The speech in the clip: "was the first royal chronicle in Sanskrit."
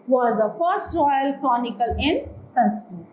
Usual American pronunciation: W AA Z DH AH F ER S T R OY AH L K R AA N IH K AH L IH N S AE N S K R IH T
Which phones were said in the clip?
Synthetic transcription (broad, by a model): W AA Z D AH F ER S T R OY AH L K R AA N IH K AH L IH N S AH N S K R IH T